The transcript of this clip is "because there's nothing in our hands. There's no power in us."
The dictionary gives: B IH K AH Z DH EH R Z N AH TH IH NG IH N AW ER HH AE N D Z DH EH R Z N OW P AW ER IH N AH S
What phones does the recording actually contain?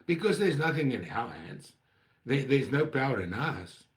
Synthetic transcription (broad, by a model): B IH K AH Z DH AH R Z N AH TH IH NG IH N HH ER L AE N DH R DH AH R Z N OW P AW ER IH N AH S